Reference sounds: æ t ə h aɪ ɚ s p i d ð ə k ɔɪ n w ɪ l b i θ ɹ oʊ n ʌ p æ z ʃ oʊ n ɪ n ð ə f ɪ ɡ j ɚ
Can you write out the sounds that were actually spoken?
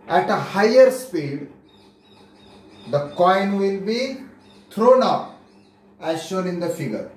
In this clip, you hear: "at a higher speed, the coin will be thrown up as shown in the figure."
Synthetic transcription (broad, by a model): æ t ə h aɪ ɚ s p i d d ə k ɔɪ n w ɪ l b i t ɹ oʊ n ʌ p æ z ʃ oʊ n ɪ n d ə f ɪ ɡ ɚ